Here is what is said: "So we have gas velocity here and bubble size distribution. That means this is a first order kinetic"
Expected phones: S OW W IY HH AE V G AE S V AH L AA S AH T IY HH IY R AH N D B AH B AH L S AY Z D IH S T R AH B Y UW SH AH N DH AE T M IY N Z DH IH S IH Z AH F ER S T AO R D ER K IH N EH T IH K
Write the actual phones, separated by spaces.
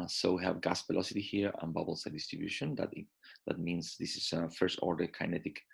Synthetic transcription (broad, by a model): S OW W IY HH AE V G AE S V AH L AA S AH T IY HH IY R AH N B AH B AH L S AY D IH S T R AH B Y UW SH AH N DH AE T M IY N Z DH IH S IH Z F ER S T AO R D ER K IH N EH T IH K